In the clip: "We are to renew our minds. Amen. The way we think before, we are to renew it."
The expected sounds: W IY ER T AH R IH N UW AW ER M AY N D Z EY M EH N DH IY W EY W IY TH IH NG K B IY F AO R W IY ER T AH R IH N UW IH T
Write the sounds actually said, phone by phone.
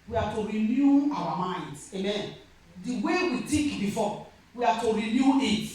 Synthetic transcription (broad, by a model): W IY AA T AH R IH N UW AW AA M AY N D EY M EH N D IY W EY W IY T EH K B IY F AO W IY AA T AH R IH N UW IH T